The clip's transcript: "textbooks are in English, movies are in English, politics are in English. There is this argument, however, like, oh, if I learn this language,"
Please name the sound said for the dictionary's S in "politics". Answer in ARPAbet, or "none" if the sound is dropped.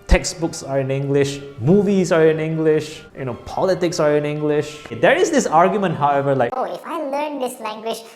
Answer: S